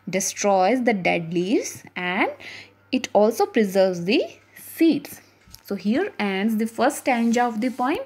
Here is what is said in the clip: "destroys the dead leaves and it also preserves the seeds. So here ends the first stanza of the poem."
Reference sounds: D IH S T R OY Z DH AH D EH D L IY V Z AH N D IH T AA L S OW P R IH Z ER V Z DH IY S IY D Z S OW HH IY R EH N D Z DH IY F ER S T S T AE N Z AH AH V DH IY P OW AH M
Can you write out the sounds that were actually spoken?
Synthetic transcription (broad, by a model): D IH S T R OY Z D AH D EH D L IY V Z AH N D IH T AA L S OW P R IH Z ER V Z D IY S IY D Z S OW HH IY R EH N D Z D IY F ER T S T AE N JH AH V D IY P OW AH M